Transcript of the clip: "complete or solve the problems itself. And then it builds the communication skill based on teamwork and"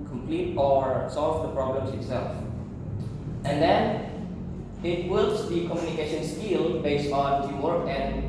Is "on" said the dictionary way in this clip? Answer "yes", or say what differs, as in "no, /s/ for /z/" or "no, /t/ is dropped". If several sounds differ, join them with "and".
yes